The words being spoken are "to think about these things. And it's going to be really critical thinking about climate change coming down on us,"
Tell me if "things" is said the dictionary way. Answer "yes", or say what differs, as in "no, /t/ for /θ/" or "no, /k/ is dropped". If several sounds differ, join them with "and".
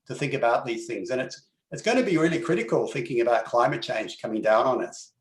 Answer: yes